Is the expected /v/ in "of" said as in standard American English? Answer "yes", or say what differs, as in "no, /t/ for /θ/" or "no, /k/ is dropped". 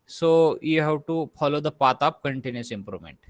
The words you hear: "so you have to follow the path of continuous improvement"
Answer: no, /p/ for /v/